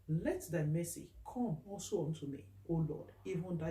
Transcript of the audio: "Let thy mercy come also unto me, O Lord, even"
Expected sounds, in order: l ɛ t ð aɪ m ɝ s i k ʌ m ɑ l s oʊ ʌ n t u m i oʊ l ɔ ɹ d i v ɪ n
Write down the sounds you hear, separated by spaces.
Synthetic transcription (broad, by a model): l ɛ t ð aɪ m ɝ s i k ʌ m ɑ l s oʊ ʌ n t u m i oʊ l ɔ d i v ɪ n